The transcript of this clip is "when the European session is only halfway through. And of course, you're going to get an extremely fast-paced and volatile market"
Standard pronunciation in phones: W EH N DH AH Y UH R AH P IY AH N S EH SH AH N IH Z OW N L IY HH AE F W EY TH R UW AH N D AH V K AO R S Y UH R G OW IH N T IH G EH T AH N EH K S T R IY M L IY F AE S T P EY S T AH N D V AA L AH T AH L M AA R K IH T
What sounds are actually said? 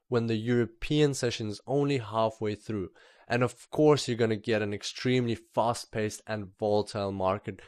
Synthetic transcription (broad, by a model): W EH N DH AH Y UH R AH P IY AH N S EH SH AH N Z OW N L IY HH AE F W EY TH R UW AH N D AH V K AO R S Y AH R G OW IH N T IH G EH T AH N EH K S T R IY M L IY F AE S T P EY S T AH N V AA L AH T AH L M AA R K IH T